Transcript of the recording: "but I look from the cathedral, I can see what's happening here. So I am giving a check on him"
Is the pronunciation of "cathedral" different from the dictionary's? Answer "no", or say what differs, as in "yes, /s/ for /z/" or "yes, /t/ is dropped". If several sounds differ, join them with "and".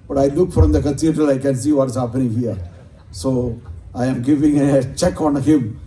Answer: yes, /t/ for /θ/